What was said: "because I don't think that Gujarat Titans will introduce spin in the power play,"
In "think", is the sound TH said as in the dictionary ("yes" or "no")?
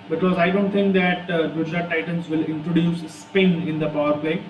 no